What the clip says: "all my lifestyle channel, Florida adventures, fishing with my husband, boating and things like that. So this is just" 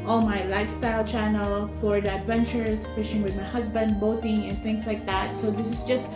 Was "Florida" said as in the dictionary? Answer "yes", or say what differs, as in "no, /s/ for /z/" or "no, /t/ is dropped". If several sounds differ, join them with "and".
no, /l/ is dropped